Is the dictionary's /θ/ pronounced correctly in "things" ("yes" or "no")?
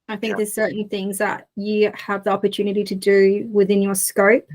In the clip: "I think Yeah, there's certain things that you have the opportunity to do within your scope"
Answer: yes